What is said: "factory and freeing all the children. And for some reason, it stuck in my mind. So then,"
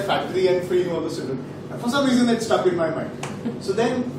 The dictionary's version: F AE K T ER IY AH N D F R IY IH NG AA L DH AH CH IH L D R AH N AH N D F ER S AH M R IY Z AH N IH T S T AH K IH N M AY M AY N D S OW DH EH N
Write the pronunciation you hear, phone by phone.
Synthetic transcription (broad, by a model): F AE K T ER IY AH N D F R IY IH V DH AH S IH D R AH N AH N F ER S AH M R IY Z AH N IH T S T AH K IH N M AY M AY N D S OW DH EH N